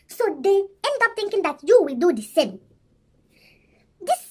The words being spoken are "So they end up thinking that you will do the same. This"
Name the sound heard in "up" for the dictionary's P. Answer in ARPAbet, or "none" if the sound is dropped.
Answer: P